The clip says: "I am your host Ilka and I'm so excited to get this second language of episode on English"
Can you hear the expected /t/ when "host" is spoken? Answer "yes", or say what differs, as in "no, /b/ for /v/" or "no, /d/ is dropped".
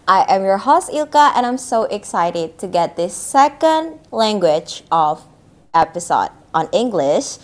no, /t/ is dropped